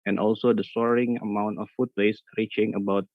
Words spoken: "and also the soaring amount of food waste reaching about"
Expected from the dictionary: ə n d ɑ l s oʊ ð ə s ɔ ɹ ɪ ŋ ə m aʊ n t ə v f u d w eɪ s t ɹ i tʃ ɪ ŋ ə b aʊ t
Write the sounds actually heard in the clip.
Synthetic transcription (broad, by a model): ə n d ɑ l s oʊ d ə s ɔ ɹ ɪ ŋ ə m aʊ n t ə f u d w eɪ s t ɹ i tʃ ɪ ŋ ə b aʊ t